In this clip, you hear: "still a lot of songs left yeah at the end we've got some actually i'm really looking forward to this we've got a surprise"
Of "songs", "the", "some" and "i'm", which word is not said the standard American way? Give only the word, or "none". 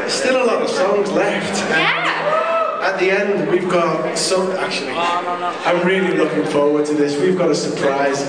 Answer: some